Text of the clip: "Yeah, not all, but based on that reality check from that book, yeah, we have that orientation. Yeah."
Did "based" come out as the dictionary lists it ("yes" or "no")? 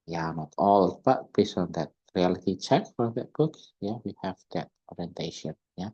no